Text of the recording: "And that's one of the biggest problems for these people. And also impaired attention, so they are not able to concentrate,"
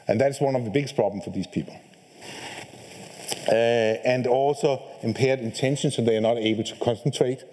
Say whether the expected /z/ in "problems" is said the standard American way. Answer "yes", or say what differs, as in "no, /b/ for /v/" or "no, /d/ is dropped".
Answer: no, /z/ is dropped